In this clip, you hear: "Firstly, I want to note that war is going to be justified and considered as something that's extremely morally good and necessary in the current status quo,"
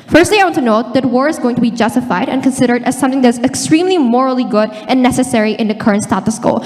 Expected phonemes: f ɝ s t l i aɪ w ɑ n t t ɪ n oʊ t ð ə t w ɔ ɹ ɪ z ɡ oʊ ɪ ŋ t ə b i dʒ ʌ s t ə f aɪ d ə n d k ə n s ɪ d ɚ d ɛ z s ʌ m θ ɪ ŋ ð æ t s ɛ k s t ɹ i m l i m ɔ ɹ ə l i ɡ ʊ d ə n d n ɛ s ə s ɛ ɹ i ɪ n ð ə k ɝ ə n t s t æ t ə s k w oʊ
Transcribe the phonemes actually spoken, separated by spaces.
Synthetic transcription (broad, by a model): f ɝ s t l i aɪ w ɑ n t t ɪ n oʊ t ð ə t w ɔ ɹ ɪ z ɡ oʊ ɪ ŋ t ə b i dʒ ʌ s t ə f aɪ d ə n k ə n s ɪ d ɚ d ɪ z s ʌ m θ ɪ ŋ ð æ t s ɛ k s t ɹ i m l i m ɔ ɹ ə l i ɡ ʊ d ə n n ɛ s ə s ɛ ɹ i ɪ n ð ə k ɝ ə n t s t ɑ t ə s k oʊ